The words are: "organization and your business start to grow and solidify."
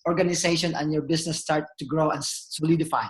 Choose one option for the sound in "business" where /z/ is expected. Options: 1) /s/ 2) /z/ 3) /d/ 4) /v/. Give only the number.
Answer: 1